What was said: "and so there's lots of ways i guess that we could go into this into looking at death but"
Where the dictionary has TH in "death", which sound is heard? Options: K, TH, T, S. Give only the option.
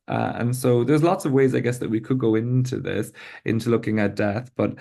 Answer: TH